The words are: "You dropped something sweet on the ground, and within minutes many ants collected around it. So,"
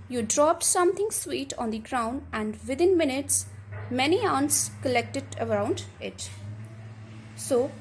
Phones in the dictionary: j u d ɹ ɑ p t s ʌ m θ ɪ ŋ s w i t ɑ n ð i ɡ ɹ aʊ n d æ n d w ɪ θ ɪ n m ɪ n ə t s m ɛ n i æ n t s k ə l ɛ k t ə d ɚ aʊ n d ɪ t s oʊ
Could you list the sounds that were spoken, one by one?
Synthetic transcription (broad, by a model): j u d ɹ ɑ p t s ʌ m t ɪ ŋ s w i t ɑ n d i ɡ ɹ aʊ n d æ n d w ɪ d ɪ n m ɪ n ə t s m ɛ n i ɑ n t s k ə l ɛ k t ə d ɚ aʊ n d ɪ t s oʊ